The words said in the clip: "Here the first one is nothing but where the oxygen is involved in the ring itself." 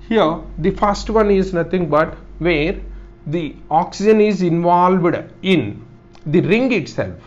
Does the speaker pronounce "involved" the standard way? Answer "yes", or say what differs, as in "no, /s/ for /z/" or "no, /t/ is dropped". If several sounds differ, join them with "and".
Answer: yes